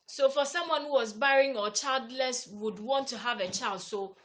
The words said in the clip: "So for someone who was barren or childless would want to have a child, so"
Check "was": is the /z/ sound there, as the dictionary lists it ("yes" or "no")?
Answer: yes